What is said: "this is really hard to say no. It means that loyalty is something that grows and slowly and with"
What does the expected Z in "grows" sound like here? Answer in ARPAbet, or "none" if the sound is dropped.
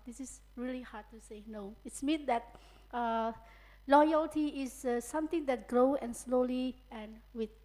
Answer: none